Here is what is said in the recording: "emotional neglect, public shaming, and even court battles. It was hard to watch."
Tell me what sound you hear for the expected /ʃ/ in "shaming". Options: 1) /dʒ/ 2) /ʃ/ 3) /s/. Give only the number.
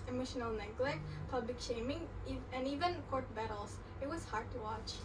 2